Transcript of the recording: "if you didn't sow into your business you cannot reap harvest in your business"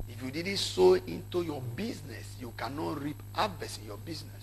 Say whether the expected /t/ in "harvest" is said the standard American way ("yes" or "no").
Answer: no